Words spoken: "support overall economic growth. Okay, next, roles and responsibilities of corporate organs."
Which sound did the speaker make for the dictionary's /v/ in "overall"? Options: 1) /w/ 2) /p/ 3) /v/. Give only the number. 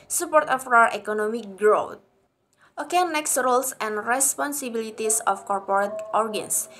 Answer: 1